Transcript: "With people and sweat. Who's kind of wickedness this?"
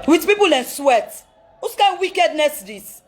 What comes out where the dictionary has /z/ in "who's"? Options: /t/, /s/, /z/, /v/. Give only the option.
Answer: /s/